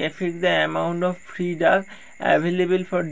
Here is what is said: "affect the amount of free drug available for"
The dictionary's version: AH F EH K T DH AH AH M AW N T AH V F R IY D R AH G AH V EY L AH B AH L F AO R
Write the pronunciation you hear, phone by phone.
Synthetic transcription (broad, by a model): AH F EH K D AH AH M AW N T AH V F R IY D AH AH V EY L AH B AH L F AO R